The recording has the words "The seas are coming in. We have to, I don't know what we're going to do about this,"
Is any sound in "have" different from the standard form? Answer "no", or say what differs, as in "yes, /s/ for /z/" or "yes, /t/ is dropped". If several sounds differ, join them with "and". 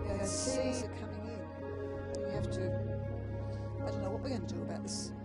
yes, /f/ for /v/